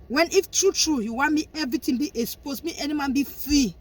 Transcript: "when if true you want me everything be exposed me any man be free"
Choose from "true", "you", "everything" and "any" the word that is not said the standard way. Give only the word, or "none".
everything